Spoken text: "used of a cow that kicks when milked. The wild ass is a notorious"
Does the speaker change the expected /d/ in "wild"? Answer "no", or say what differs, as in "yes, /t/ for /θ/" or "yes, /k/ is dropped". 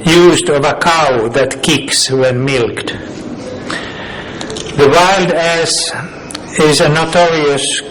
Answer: no